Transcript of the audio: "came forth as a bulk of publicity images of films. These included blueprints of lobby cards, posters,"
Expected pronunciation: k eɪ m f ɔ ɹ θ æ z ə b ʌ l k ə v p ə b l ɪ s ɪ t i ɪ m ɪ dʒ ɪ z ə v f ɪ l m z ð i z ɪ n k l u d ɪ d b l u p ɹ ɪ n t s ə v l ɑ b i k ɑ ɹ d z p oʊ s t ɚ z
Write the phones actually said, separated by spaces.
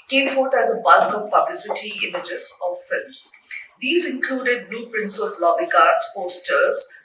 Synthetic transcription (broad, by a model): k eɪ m f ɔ ɹ t æ z ə b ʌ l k ə v p ə b l ɪ s ɪ t i ɪ m ɪ dʒ ɪ z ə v f ɪ l m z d i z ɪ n k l u d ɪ d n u p ɹ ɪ n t s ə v l ɑ b i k ɑ ɹ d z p oʊ s t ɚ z